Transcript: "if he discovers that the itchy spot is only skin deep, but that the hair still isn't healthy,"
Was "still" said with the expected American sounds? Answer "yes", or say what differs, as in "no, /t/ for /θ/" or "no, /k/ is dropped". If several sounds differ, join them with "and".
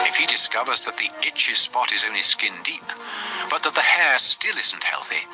yes